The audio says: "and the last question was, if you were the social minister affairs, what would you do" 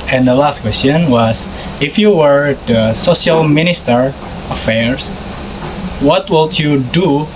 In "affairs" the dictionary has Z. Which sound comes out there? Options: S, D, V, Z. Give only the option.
S